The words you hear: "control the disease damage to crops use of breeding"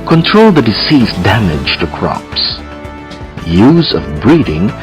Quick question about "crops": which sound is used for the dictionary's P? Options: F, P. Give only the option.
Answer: P